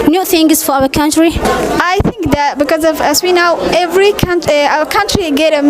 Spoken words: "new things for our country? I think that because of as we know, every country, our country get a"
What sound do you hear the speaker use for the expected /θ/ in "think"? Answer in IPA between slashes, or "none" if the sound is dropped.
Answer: /θ/